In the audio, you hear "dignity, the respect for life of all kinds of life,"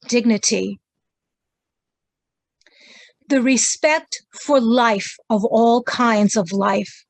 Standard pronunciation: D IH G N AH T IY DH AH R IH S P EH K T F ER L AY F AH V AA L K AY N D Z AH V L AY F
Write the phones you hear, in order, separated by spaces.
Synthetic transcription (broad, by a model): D IH G N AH T IY DH AH R IH S P EH K T F ER L AY F AH V AA L K AY N D Z AH V L AY F